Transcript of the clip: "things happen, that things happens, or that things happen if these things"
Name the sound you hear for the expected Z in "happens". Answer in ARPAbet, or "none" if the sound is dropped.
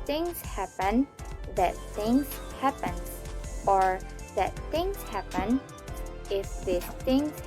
none